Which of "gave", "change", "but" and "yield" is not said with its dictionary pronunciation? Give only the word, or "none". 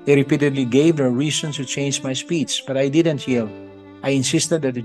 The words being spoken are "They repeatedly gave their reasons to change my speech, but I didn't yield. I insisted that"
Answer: yield